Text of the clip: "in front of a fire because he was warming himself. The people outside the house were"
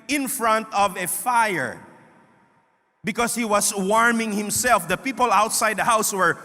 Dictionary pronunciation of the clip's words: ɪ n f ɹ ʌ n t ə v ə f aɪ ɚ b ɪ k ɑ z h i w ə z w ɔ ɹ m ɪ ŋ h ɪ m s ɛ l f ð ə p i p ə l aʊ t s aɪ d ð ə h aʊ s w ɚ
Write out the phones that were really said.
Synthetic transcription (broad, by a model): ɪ n f ɹ ʌ n t ə v ə f aɪ ɚ b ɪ k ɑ s h i w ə s w ɔ ɹ m ɪ ŋ h ɪ m s ɛ l f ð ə p i p ə l aʊ t s aɪ d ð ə h aʊ s w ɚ